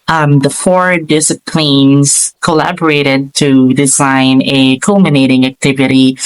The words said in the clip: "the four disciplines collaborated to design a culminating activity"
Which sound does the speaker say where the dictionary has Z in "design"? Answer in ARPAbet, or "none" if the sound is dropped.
Z